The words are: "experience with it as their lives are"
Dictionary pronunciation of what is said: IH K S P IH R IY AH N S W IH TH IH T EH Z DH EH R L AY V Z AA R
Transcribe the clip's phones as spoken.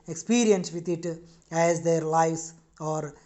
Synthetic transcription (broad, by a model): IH K S P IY R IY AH N S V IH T IH T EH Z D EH R L AY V S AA R